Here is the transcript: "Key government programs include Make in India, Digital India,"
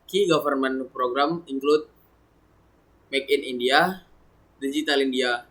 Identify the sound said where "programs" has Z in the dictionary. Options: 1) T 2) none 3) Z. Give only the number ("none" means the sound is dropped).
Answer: 2